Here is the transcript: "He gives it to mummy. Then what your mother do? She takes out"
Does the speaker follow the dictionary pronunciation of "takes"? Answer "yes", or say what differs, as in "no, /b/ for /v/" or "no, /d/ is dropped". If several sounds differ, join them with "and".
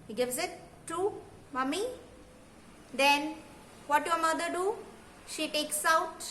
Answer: yes